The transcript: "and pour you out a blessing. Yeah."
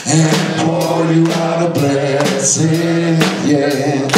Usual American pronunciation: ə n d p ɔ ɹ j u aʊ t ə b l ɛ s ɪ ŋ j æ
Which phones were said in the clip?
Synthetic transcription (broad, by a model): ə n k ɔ l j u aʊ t ə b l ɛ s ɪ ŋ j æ